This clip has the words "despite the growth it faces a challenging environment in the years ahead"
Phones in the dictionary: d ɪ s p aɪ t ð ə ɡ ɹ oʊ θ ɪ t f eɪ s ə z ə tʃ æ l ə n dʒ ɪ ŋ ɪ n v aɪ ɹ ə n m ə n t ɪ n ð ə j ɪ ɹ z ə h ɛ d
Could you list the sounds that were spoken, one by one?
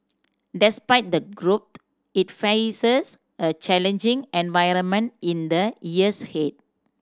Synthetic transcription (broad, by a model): d ɪ s p aɪ t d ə ɡ ɹ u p ɪ t f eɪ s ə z ə tʃ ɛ l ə n dʒ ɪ ŋ ɪ n v aɪ ɹ ə n m ə n t ɪ n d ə j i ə h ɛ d